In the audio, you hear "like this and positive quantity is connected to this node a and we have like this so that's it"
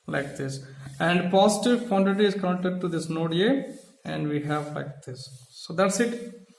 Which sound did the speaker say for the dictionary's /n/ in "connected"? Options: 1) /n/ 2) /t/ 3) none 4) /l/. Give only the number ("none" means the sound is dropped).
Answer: 3